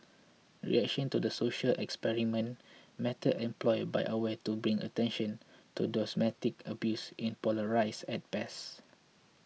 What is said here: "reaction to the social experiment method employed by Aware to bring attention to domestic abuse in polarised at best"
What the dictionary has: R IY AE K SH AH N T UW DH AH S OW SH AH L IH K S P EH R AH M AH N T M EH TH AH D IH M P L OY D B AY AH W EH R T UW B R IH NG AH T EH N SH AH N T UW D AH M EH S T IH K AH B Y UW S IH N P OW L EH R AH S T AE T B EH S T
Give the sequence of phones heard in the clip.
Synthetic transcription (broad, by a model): R IY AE K SH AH N T UW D AH S OW SH AH L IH K S P EH R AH M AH N M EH T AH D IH M P L OY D B AY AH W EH T UW B R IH NG AH T EH N SH AH N T UW D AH M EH T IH K AH B Y UW S IH N P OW L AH R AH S EH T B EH S